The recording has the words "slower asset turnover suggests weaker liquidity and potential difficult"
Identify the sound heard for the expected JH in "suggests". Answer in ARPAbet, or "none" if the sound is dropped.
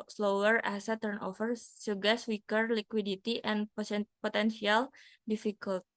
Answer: none